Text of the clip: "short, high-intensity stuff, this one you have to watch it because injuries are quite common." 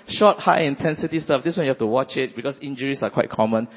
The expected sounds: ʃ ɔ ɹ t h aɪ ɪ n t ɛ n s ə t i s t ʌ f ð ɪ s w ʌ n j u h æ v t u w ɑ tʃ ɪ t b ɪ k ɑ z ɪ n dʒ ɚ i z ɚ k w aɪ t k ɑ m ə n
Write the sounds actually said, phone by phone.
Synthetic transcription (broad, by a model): ʃ ɔ t h aɪ ɪ n t ɛ n s ə t i s t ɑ f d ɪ s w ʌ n j u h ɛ f t u w ɑ tʃ ɪ t b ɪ k ɑ s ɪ n dʒ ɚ i s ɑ k w aɪ t k ɑ m ə n